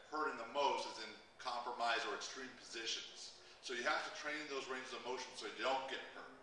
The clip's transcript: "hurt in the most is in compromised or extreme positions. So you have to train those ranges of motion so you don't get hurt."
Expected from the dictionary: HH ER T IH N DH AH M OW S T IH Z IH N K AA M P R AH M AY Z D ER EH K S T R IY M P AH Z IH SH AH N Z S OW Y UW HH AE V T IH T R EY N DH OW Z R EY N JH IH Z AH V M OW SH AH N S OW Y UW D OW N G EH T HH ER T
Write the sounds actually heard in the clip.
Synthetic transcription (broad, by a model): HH ER T IH N DH AH M OW S T IH Z IH N K AA M P R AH M AY Z ER EH K S T R IY M P AH Z IH SH AH N Z S OW Y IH HH AE F T IH T R EY N DH OW Z R EY N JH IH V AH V M OW SH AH N S OW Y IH D OW N G EH T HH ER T